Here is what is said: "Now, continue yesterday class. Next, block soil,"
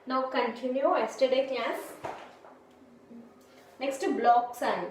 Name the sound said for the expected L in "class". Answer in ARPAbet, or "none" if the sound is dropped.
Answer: none